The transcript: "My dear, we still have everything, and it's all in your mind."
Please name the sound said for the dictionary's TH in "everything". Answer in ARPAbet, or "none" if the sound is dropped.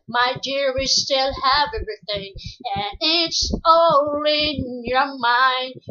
TH